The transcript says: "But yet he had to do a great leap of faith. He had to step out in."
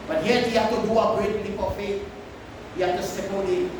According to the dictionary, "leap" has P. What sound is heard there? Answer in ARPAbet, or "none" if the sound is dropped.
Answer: F